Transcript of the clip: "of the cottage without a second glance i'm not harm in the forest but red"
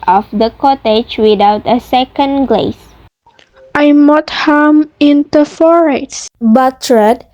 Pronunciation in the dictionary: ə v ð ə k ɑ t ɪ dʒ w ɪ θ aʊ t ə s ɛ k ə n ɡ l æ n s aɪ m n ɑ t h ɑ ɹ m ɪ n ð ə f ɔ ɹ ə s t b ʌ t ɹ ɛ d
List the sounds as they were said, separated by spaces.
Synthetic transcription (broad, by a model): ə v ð ə k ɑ t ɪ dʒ w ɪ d aʊ t ə s ɛ k ə n ɡ l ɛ s aɪ m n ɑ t h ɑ m ɪ n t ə f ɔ ɹ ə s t b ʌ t ɹ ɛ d